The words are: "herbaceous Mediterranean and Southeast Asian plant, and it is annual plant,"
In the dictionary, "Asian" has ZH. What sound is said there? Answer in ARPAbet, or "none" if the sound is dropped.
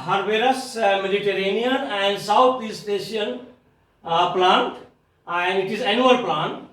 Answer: SH